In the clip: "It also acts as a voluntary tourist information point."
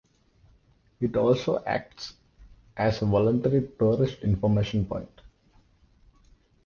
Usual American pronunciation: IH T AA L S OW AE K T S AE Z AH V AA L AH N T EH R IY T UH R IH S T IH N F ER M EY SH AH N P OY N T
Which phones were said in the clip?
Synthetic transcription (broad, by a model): IH T AA L S OW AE K T S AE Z AH V AA L AH N T EH R IY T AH R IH SH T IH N F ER M EY SH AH N P OY N T